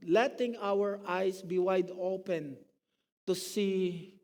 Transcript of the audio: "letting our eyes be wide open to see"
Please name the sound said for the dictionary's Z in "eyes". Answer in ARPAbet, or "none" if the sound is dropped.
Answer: S